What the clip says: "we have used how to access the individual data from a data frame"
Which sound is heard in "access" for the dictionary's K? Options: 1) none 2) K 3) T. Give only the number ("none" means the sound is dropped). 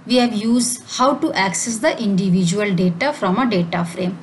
2